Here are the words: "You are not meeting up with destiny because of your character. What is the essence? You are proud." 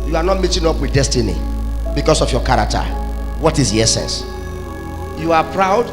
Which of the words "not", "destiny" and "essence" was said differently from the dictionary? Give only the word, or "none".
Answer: none